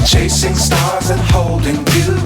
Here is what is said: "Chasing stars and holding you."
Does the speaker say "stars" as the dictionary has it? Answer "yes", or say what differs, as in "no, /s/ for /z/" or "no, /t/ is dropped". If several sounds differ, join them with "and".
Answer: yes